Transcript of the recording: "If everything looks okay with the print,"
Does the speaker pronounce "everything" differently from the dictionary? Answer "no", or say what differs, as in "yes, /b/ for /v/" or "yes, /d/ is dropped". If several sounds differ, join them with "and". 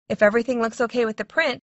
no